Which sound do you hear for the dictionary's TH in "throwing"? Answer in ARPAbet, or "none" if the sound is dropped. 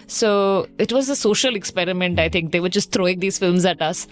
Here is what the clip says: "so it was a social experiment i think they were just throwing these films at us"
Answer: T